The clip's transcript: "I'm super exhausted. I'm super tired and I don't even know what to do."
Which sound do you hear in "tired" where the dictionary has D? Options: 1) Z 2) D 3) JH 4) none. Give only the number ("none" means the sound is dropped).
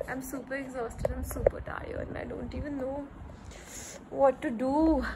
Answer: 4